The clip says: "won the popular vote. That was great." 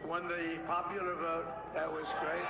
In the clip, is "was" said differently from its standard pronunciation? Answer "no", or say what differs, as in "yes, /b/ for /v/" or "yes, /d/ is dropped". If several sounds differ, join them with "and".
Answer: no